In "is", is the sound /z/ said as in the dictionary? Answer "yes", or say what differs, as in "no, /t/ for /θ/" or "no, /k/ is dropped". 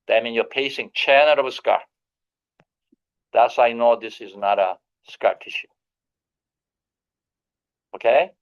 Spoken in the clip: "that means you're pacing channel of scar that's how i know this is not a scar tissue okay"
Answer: yes